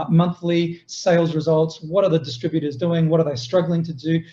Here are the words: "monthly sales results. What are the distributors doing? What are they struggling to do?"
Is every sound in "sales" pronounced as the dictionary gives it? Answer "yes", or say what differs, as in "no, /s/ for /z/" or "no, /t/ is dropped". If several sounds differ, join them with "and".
yes